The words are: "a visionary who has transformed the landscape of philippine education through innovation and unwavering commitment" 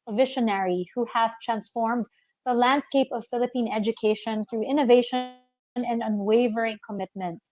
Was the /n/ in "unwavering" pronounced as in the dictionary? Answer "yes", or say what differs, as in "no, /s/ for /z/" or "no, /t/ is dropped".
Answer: yes